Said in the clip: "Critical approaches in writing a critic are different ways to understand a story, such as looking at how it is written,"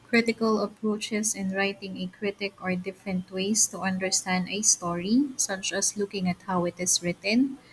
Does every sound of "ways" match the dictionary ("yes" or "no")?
no